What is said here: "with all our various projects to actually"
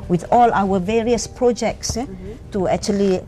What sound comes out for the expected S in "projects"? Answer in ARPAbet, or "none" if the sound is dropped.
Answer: S